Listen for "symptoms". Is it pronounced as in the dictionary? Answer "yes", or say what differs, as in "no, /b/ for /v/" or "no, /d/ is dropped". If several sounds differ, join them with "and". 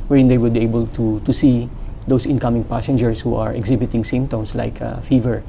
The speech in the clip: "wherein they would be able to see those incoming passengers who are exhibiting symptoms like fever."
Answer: no, /s/ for /z/